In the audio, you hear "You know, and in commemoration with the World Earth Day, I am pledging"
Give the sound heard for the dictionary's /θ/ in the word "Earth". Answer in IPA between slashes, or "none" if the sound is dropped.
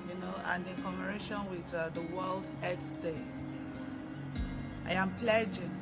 /s/